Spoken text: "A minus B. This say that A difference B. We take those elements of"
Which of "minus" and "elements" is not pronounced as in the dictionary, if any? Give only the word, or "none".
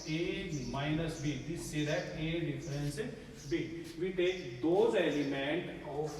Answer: elements